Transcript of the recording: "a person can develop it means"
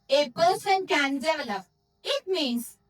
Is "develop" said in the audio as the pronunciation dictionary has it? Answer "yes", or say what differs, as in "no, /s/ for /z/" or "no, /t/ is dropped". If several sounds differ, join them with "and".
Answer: no, /p/ is dropped